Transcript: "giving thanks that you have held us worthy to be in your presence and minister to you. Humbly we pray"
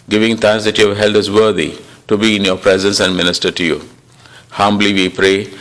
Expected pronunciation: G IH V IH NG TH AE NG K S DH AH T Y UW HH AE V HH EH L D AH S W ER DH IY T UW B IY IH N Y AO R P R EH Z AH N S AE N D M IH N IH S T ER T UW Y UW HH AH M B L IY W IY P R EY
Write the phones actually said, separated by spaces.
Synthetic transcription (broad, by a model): G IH V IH NG T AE NG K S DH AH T Y UW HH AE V HH EH L D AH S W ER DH IY T UW B IY IH N Y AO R P R EH Z AH N S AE N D M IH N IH S T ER T UW Y UW HH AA M B L IY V IY P R EY